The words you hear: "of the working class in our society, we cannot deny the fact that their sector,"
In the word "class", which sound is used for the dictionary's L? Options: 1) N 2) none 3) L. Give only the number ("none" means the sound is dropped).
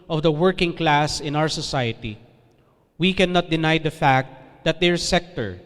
3